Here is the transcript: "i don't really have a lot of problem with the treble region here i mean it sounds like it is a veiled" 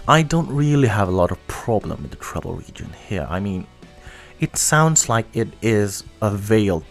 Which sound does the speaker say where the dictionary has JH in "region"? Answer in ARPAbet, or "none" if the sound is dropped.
JH